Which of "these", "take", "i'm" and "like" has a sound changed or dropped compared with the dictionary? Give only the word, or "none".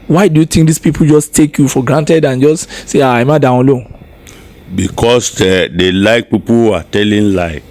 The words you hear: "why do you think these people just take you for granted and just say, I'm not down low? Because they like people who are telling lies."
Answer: these